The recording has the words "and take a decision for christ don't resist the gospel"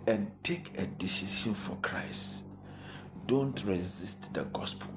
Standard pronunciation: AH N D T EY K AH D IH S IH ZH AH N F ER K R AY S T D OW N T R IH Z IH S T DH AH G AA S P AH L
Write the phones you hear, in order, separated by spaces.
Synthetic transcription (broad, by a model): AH N T EY K AH D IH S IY SH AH N F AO K R AY S T D OW N T R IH Z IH S T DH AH G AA S P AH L